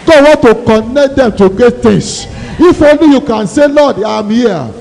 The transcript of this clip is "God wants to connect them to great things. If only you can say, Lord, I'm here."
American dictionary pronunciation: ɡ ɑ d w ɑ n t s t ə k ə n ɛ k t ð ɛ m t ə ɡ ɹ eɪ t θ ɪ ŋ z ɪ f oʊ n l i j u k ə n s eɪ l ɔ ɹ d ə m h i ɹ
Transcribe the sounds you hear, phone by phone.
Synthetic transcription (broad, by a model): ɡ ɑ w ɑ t t ə k ə n ɛ k t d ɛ m t ə ɡ eɪ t t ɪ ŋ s ɪ f oʊ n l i j u k ə n s eɪ l ɔ d ə m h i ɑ